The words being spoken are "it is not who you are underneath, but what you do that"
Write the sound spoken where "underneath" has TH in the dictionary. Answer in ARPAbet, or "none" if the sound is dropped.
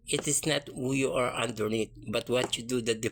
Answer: T